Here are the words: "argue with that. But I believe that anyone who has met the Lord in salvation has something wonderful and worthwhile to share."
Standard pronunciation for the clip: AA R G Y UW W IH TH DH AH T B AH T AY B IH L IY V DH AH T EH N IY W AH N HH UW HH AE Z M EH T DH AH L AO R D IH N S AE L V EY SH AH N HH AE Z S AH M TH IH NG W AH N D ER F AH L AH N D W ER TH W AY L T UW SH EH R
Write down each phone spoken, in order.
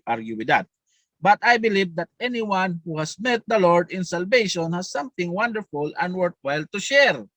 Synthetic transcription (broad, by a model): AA R G Y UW W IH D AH T B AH T AY B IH L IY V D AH T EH N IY W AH N HH UW HH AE S M EH T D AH L AO R D IH N S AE L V EY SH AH N HH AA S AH M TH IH NG W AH N D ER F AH L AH N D W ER T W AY L T UW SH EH R